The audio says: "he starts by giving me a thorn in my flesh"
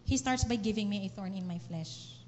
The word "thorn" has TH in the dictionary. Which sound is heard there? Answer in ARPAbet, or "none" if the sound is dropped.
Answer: TH